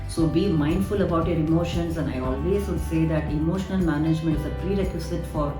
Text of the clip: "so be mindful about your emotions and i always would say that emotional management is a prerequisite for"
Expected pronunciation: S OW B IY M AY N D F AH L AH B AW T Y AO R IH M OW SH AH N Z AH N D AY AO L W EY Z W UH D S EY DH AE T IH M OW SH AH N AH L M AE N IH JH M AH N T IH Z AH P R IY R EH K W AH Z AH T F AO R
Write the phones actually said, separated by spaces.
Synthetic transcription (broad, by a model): S OW B IY M AY N D F AH L AH B AW T Y AO R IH M OW SH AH N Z AH N D AY AO L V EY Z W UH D S EY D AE T IH M OW SH AH N AH L M AE N IH JH M AH N T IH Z AH P R IY R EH K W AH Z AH T F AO R